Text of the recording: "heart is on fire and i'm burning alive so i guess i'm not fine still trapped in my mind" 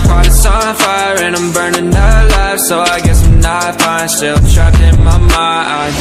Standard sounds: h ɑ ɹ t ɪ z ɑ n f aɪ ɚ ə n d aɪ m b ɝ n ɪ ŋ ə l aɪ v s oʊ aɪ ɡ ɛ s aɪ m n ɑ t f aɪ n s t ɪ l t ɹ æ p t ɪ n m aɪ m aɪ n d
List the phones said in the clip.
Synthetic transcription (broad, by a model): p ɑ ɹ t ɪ s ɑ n f aɪ ɚ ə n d aɪ m b ɝ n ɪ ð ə l aɪ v s oʊ aɪ ɡ ɛ s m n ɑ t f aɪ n s t ɪ l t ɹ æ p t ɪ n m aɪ m aɪ